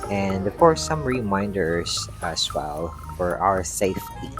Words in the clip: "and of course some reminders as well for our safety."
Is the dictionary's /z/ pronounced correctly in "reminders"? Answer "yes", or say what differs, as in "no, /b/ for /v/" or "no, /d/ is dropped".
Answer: no, /s/ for /z/